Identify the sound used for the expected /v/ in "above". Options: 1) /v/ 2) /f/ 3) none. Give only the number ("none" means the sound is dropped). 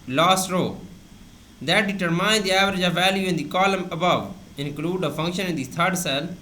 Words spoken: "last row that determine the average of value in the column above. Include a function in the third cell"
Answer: 1